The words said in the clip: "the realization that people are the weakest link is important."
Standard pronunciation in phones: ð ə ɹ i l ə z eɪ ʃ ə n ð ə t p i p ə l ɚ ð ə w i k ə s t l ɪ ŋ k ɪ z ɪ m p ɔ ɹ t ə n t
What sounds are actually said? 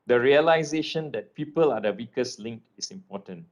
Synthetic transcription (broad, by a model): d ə ɹ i l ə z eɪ ʃ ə n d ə t p i p ə l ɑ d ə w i k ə s l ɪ ŋ k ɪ s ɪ m p ɔ t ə n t